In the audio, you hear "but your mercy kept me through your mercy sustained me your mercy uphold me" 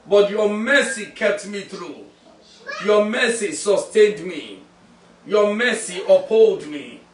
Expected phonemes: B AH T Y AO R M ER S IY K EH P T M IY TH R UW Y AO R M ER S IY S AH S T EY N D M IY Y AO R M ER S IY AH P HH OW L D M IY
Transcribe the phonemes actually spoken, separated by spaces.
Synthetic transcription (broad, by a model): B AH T Y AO M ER S IY K EH P T M IY TH R UW Y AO M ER S IY S AH S T EY N D M IY Y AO M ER S IY AH P HH OW L D M IY